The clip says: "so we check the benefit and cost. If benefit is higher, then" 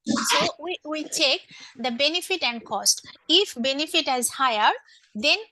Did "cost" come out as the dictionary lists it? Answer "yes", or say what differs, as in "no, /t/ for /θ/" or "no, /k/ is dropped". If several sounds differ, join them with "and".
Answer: yes